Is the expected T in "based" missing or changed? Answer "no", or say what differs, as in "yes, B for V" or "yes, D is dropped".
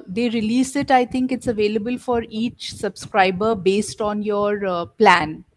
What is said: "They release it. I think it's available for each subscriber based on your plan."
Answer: no